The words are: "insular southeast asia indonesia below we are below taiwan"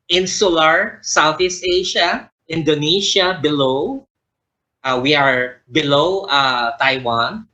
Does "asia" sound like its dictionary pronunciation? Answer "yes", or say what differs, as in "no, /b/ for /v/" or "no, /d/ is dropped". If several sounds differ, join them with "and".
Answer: no, /ʃ/ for /ʒ/